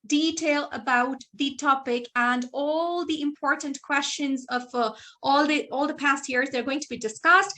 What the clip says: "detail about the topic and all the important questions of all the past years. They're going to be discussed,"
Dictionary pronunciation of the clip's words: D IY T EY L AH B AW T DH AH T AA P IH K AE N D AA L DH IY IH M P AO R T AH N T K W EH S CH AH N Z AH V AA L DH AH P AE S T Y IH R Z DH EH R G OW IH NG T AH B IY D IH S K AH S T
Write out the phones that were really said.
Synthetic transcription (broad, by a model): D IY T EY L AH B AW T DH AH T AA P IH K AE N D AA L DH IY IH M P AO R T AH N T K W EH S CH AH N Z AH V AA L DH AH P AE S T Y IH R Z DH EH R G OW IH NG T AH B IY D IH S K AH S T